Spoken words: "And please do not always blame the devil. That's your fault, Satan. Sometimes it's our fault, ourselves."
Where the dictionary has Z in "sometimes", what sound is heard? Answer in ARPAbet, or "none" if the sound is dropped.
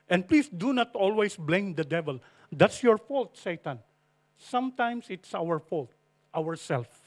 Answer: S